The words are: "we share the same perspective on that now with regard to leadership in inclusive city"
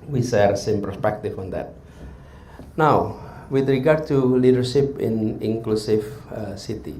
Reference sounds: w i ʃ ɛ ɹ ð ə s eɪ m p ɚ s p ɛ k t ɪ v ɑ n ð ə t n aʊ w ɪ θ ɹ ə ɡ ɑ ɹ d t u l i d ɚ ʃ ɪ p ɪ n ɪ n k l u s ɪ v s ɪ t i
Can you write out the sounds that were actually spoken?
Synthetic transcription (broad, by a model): w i s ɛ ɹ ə s eɪ m p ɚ s p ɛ k t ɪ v ɑ n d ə t n aʊ w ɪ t ɹ ə ɡ ɑ ɹ d t u l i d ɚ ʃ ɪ p ɪ n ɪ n k l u s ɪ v s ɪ t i